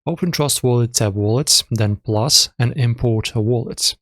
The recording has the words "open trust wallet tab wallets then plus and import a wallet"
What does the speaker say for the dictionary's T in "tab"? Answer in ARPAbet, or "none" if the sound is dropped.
S